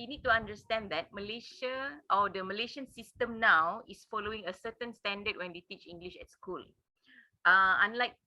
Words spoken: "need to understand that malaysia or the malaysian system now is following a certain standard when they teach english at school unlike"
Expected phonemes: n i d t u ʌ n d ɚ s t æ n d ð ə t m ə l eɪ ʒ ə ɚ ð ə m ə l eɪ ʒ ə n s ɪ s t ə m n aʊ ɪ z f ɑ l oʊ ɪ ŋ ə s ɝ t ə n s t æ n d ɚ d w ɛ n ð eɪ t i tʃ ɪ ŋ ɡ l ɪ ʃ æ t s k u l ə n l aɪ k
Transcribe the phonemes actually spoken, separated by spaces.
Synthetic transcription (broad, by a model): n i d t u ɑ n d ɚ s t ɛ n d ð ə t m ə l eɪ ʃ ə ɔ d ə m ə l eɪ ʃ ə n s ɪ s t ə m n aʊ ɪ s f ɑ l oʊ ɪ ŋ ə s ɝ t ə n s t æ n d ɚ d w ɛ n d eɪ t i tʃ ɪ ŋ ɡ l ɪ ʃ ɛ t s k u l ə n l aɪ k